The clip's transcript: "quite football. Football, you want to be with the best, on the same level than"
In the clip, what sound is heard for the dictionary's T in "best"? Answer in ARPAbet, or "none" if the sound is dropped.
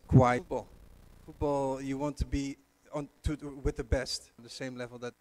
T